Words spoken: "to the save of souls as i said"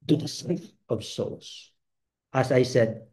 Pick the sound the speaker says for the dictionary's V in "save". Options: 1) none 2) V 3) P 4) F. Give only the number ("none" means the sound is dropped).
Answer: 4